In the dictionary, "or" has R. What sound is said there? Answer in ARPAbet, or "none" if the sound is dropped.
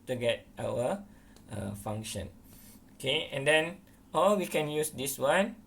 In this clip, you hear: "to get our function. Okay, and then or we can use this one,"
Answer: L